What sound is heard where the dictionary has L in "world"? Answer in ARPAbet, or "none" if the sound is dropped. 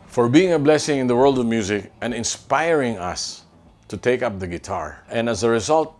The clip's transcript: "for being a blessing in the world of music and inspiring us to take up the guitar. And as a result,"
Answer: L